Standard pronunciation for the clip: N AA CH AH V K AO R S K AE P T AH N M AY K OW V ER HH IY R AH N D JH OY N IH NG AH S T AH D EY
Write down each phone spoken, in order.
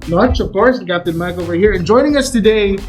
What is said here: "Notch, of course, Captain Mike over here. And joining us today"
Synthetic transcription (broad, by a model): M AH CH AH V K AO R S K AE P T AH N M AY K OW V ER HH IY R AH N JH OY N IH NG AH S T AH D EY